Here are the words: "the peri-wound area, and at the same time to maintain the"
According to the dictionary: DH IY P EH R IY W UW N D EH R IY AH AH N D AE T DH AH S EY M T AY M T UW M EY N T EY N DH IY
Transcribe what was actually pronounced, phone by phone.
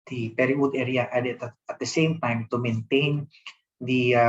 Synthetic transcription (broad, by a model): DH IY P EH R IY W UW D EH R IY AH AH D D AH T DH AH S EY M T AY M T UW M EY N T EY N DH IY